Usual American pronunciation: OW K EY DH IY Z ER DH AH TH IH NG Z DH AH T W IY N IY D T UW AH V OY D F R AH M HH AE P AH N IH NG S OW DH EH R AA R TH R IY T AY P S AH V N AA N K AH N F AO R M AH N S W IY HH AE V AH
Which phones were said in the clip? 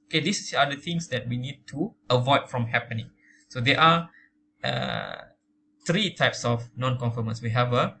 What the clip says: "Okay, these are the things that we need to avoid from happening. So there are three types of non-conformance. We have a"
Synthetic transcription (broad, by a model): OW K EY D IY S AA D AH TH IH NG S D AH T W IY N IY D T UW AH V OY D F R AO M HH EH P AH N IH NG S OW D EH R AA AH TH R IY T AY P S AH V N AA N K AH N F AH M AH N S W IY HH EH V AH